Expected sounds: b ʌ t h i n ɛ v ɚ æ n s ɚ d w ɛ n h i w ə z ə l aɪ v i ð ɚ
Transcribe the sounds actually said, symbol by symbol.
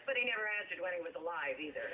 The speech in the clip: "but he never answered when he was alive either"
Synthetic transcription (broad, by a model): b ʌ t h i n ɛ v ɚ æ n s ɚ d w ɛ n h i w ə z ə l aɪ v i ð ɚ